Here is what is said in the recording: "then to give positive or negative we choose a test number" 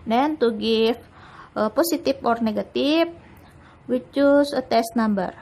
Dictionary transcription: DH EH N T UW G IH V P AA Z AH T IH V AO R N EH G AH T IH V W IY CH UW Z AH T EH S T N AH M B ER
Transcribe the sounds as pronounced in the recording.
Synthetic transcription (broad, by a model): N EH N T UW G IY F P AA S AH T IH F AO R N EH G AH T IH F W IY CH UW S AH T EH S T N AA M B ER